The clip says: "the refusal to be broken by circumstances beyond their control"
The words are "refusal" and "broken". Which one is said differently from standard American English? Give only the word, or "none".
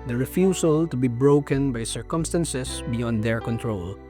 refusal